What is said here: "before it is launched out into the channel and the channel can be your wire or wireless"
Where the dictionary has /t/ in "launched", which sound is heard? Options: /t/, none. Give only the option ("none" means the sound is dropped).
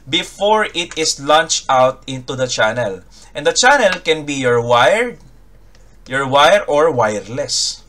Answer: /t/